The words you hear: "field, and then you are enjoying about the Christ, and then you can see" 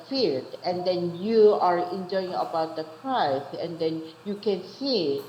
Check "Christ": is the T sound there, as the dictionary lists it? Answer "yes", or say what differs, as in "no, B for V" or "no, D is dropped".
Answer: no, T is dropped